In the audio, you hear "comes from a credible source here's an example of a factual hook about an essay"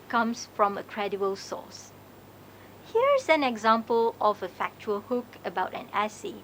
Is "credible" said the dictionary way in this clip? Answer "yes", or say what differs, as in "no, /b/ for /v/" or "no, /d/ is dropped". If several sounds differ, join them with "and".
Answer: no, /b/ is dropped